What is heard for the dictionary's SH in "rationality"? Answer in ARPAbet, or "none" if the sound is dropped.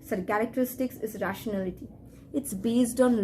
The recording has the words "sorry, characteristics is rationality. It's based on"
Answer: SH